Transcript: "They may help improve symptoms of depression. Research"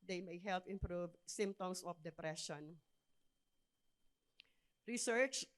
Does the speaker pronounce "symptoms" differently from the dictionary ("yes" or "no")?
yes